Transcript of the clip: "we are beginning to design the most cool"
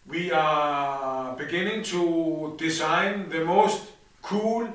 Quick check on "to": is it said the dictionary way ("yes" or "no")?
yes